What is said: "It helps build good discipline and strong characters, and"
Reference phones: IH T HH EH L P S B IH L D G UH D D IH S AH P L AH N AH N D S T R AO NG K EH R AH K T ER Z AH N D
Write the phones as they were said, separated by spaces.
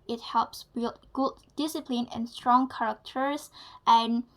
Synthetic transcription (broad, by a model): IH T HH EH L P S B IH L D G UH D D IH S AH P L AH N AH N S T R AO NG K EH R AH K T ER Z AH N